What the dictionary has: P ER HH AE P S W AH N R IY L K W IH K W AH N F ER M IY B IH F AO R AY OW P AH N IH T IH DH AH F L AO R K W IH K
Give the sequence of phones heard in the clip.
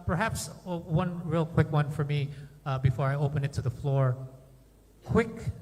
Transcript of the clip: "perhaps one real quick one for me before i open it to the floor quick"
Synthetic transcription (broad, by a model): P ER HH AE P S W AH N R IY L K W IH K W AH N F ER M IY B IH F AO R AY OW P AH N IH T IH DH AH F L AO R K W IH K